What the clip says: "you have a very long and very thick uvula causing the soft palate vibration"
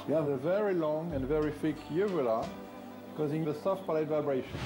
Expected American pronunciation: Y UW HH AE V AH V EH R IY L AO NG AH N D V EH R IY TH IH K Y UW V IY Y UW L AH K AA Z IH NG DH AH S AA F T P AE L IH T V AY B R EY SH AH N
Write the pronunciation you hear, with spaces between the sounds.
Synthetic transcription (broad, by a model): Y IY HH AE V AH V EH R IY L AO NG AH N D V EH R IY F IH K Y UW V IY L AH K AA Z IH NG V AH S AA F T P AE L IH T V AY B R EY SH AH N